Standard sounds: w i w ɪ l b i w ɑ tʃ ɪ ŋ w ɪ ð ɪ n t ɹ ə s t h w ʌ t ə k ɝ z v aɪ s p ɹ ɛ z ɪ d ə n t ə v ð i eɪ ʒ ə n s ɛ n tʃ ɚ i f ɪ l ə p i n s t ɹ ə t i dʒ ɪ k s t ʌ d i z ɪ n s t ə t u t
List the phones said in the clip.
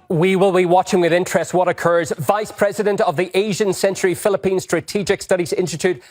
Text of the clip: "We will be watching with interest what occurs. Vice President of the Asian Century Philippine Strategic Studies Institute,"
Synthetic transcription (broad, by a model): w i w ɪ l b i w ɑ tʃ ɪ ŋ w ɪ ð ɪ n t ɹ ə s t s w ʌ t ə k ɝ z v aɪ s p ɹ ɛ z ɪ d ə n t ə v ð i eɪ ʒ ə n s ɛ n tʃ ɚ i f ɪ l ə p i n s t ɹ ə t i dʒ ɪ k s t ʌ d i z ɪ n s t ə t u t